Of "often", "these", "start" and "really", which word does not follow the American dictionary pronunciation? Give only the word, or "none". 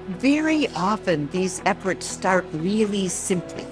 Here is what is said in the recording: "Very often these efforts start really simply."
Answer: none